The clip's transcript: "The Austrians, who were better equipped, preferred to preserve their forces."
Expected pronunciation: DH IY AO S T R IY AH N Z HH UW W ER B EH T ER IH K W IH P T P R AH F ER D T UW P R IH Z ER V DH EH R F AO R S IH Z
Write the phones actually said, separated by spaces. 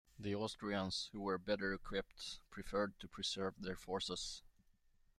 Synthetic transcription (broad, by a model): DH IY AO S T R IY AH N S HH UW W ER B EH T ER IH K W IH P T P R AH F ER D T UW P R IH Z ER V DH EH R F AO R S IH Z